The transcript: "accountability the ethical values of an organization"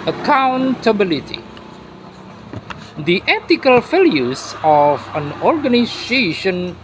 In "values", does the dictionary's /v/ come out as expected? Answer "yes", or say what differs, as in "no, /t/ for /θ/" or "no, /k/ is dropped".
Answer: no, /f/ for /v/